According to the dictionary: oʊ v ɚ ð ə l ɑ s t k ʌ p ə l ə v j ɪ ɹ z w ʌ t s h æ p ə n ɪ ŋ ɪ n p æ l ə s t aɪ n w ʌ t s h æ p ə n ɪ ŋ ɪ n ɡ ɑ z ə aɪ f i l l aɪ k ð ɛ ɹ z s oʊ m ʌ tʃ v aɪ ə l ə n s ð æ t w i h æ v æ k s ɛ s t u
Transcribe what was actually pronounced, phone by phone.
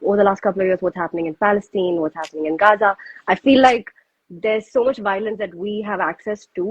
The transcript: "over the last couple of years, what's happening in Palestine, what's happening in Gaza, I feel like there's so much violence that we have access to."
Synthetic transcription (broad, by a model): oʊ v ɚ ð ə l ɑ s t k ʌ p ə l ə v j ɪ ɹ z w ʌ t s h æ p ə n ɪ ŋ ɪ n p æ l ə s t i n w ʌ t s h æ p ə n ɪ ŋ ɪ n ɡ ɑ z ə aɪ f i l l aɪ k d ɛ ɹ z s oʊ m ʌ tʃ v aɪ ə l ə n s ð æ t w i h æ v æ k s ɛ s t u